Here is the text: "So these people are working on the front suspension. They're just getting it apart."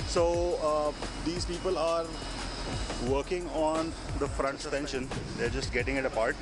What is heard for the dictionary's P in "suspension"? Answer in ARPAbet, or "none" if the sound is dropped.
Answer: none